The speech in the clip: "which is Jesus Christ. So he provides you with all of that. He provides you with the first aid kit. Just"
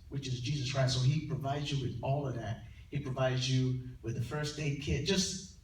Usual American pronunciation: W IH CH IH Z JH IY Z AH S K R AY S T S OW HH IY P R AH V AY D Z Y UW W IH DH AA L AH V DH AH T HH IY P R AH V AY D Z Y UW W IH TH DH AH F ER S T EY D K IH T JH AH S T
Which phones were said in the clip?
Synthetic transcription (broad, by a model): W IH CH IH Z JH IY Z AH S K R AY S T S OW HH IY P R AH V AY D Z Y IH W IH DH AA L AH V DH AH T HH IY P R AH V AY D Z Y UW W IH DH AH F ER S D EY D K IH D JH AH S T